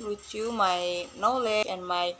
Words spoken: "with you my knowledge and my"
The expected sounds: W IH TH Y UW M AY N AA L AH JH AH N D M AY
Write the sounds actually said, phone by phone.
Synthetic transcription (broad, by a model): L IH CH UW M AY N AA L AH AH N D M AY